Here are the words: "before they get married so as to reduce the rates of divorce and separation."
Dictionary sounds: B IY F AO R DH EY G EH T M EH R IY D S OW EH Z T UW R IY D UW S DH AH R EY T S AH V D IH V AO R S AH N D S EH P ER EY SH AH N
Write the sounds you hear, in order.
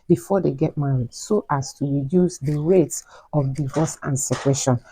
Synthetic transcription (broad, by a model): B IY F AO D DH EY G EH T M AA R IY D S OW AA S T UW R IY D UW S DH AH R EY T S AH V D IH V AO S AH N S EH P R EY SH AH N